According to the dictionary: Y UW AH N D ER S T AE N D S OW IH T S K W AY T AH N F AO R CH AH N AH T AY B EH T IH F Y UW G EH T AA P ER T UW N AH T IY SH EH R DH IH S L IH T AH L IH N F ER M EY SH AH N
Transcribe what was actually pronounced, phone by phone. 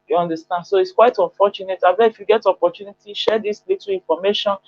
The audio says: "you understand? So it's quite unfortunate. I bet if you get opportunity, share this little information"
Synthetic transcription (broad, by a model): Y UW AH N D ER S T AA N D S OW IH T S K W AY T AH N F AO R CH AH N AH T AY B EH IH F Y UW G EH T AA P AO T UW N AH T IY SH EH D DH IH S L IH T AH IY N F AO M EY SH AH N